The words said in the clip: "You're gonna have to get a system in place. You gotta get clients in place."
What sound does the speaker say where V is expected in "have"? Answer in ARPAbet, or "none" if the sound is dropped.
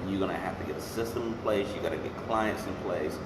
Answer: F